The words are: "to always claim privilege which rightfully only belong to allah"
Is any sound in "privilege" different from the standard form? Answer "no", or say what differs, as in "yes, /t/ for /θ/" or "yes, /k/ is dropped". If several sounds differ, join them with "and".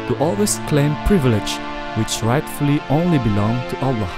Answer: no